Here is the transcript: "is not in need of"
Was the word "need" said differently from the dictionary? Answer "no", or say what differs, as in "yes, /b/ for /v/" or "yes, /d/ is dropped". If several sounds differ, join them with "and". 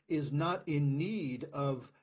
no